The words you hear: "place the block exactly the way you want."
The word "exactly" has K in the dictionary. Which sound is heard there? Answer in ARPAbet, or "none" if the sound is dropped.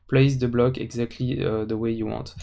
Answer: K